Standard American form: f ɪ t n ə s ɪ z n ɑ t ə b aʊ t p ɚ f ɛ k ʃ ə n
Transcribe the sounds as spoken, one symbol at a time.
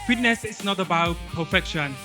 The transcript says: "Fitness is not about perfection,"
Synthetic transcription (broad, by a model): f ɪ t n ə s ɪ s n ɑ t ə b aʊ t p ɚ f ɛ k ʃ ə n